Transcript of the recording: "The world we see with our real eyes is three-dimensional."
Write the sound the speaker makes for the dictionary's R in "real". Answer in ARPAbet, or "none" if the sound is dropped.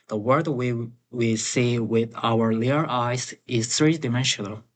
L